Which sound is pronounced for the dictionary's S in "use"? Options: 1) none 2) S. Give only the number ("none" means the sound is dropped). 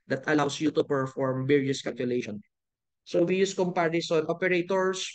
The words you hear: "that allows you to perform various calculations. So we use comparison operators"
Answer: 2